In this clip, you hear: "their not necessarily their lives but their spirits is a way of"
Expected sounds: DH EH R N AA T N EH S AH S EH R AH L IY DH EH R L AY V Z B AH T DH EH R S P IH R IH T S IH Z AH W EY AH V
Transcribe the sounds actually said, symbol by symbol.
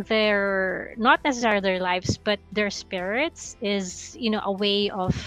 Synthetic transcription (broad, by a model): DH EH R N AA T N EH S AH S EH R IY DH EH R L AY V S B AH T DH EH R S P IH R IH T S IH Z AH W EY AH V